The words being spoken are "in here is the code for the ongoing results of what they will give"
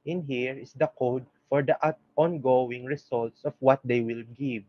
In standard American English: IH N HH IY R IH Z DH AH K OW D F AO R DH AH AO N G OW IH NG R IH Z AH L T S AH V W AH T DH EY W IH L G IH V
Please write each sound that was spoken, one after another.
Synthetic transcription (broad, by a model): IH N HH IY R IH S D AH K OW D F AO R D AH AO N G OW IH NG R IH S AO L T S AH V W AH T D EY W IH L G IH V